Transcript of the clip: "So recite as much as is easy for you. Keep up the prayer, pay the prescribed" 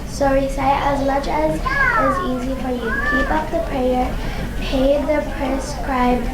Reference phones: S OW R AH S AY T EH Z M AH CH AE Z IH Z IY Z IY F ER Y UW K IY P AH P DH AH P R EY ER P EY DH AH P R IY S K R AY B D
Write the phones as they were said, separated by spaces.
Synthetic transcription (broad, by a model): S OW R AH S AY T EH Z M AH CH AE Z IH Z IY Z IY F ER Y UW K IY P AH P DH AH P R EY ER P EY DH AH P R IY S K R AY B